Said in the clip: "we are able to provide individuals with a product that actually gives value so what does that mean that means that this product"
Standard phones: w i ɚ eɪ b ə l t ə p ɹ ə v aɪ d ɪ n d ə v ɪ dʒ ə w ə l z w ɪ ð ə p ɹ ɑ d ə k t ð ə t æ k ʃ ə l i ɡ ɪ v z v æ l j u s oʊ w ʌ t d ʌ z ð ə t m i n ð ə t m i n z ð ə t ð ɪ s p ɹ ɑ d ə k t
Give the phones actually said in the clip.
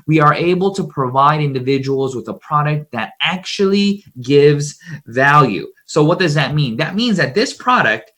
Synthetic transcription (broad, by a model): w i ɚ eɪ b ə l t ə p ɹ ə v aɪ d ɪ n d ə v ɪ dʒ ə w l z w ɪ ð ə p ɹ ɑ d ə k t ð ə t æ k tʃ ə l i ɡ ɪ v z v æ l j u s oʊ w ʌ t d ʌ z ð ə t m i n ð ə t m i n z ð ə t ð ɪ s p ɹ ɑ d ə k t